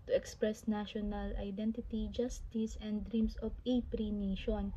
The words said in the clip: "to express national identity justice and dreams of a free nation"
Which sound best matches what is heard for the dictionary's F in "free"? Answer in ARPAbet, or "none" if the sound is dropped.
P